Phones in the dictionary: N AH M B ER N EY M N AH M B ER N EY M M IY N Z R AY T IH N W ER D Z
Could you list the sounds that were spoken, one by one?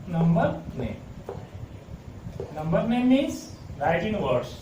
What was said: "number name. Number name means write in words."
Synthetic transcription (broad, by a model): N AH M B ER N EY M N AH M B ER N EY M M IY Z R AY T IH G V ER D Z